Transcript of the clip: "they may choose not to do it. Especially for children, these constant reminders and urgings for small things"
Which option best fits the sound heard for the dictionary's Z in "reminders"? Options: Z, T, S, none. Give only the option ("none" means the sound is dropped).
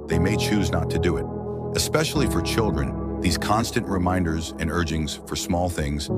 Z